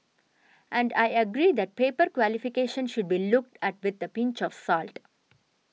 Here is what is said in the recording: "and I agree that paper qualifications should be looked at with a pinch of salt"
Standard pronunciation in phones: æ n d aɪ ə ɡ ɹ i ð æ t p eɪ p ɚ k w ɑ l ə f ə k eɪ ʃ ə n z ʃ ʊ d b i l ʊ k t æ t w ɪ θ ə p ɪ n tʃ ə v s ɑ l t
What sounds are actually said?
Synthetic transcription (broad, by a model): æ n d aɪ ə ɡ ɹ i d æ t p eɪ p ɚ k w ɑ l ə f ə k eɪ ʃ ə n ʃ ʊ d b i l ʊ k t æ t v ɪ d ə p ɪ n tʃ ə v s ɑ l t